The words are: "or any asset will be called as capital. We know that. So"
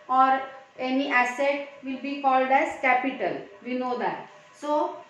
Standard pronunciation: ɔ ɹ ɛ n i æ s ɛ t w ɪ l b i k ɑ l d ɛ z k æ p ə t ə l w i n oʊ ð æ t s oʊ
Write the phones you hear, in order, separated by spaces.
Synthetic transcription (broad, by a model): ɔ ɹ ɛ n i æ s ɛ t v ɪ l b i k ɑ l d ɛ z k æ p ə t ə l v i n oʊ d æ t s oʊ